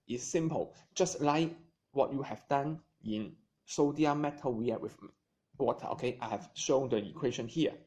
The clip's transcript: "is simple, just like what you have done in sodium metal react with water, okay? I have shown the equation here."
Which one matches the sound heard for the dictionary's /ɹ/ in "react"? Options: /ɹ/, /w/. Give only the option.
/w/